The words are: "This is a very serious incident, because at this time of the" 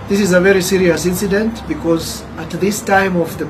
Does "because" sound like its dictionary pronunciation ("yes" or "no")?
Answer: yes